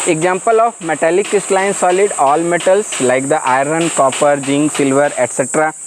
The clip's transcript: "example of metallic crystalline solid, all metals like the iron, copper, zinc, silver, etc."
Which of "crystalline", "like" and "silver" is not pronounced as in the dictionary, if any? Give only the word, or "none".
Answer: crystalline